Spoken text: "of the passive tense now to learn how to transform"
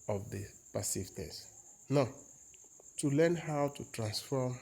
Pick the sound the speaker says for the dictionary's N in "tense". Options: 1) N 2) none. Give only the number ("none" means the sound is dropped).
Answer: 2